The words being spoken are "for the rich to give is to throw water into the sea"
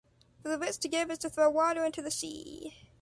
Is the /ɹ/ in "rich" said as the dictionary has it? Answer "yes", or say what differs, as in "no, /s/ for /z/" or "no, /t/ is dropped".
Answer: no, /w/ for /ɹ/